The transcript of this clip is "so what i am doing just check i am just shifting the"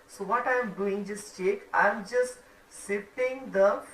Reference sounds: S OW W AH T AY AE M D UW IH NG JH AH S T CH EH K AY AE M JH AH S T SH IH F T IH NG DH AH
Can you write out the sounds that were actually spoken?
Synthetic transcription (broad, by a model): S OW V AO T AY M D UW IH NG JH AH S T CH EH K AY M JH AH S T S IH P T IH NG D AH